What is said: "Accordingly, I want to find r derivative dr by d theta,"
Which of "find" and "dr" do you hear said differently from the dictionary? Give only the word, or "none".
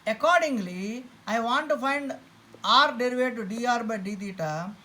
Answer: dr